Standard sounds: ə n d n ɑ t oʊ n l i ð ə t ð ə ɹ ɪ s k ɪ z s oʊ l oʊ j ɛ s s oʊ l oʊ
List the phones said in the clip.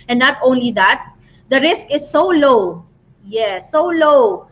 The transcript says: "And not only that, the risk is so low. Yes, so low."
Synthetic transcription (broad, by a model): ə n n ɑ t oʊ n l i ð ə t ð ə ɹ ɪ s k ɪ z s oʊ l oʊ j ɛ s s oʊ l oʊ